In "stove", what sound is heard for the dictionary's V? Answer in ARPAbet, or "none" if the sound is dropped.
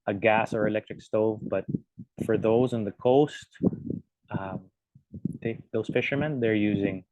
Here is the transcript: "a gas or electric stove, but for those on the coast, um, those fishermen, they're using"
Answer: V